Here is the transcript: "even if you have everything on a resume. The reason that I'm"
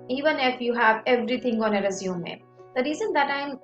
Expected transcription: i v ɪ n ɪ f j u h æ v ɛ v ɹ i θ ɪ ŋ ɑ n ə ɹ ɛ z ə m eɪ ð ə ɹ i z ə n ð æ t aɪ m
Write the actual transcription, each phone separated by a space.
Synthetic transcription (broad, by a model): i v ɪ n ɪ f j u h æ v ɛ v ɹ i t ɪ ŋ ɑ n ə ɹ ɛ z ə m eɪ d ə ɹ i z ə n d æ t aɪ m